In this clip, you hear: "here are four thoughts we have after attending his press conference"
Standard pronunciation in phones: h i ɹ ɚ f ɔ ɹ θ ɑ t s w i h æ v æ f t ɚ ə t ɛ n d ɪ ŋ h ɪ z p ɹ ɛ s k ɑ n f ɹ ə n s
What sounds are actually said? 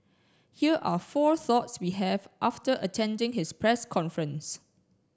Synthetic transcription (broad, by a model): h i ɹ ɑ f ɔ θ ɑ t s w i h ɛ v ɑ f t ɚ ə t ɛ n d ɪ ŋ h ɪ s p ɹ ɛ s k ɑ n f ɹ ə n s